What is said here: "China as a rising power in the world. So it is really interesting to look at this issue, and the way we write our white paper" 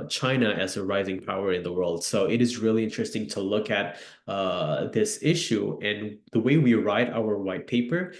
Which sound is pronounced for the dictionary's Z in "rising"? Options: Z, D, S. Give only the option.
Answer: Z